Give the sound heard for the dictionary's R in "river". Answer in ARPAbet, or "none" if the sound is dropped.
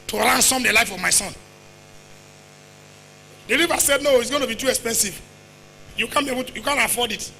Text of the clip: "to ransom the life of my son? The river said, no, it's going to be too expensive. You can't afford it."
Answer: L